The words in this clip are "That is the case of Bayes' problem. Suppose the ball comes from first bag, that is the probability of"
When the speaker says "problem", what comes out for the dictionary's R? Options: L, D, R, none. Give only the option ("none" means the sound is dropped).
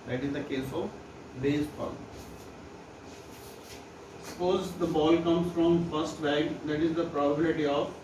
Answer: none